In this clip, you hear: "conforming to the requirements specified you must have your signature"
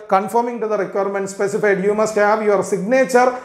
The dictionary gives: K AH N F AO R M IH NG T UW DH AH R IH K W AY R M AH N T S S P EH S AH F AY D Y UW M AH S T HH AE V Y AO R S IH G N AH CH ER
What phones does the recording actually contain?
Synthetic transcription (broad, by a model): K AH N F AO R M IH NG T UW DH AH R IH K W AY R M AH N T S S P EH S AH F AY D Y UW M AH S T HH AE V Y AO R S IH G N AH CH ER